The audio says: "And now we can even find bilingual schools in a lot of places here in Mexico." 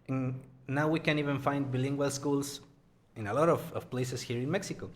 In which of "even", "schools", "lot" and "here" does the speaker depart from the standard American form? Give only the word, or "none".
schools